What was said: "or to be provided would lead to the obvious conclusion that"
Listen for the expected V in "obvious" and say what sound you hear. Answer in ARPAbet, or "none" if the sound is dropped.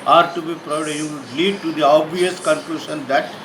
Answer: none